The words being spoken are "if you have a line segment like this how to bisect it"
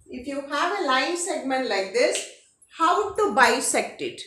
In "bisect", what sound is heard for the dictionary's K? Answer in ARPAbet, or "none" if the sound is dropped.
K